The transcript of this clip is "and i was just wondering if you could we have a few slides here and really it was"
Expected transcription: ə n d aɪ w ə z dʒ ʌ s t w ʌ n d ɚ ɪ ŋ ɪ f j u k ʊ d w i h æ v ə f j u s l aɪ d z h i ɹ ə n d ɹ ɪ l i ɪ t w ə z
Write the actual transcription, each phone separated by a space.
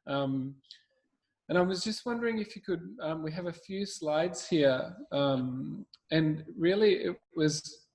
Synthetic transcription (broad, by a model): ə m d aɪ w ə z dʒ ʌ s t w ʌ n d ɚ ɪ ŋ ɪ f j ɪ k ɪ d w i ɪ v ə f j u s l aɪ d z h i ɹ ə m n ɹ ɪ l i ɪ t w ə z